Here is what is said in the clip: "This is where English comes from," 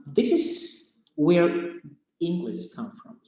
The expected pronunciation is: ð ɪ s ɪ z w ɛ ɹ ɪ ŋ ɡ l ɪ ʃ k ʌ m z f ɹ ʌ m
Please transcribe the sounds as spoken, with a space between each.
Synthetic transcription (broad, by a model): ð ɪ s ɪ z w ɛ ɹ ɪ ŋ ɡ l ɪ ʃ k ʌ m f ɹ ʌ m